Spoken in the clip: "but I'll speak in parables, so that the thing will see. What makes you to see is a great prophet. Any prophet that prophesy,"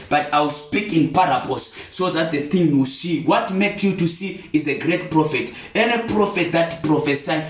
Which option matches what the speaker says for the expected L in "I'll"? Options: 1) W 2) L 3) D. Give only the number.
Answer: 1